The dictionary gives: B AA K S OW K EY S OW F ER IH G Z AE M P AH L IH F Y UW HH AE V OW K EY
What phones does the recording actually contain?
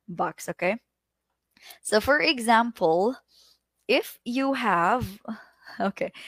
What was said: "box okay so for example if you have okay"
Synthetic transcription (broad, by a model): B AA K S OW K EY S OW F ER IH G Z AE M P AH L IH F Y UW HH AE V OW K EY